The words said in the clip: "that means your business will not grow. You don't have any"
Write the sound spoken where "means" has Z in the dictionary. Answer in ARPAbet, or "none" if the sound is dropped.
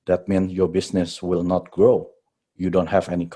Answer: none